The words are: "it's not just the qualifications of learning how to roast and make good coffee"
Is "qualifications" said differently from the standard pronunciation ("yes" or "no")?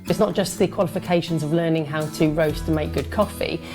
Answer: no